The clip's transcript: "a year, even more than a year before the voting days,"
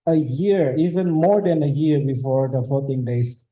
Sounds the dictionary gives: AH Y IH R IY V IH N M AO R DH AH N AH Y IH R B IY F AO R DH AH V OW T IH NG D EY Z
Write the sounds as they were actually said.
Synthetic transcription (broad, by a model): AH Y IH R IY V IH N M AO R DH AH N AH Y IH R B IY F AO R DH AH F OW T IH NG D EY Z